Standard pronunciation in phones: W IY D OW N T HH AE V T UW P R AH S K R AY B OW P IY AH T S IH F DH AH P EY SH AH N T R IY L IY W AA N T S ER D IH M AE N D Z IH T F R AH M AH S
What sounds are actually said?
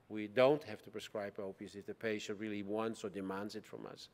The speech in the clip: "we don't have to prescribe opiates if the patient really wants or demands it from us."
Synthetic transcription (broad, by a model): W IY D OW N T HH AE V T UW P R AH S K R AY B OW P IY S IH F DH AH P EY SH AH N T R IY L IY W AA N T S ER D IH M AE N D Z IH T F R AH M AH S